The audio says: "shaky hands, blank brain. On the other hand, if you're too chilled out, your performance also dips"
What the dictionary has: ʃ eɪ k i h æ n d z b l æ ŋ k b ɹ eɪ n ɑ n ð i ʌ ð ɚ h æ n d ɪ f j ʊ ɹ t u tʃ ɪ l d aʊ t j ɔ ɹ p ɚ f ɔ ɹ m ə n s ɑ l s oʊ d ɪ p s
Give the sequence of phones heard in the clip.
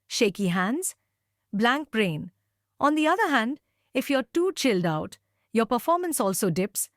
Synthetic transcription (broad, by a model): ʃ eɪ k i h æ n d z b l æ ŋ k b ɹ eɪ n ɑ n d i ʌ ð ɚ h æ n d ɪ f j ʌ ɹ t u tʃ ɪ l d aʊ t j ɔ ɹ p ɚ f ɔ ɹ m ə n s ɑ l s oʊ d ɪ p s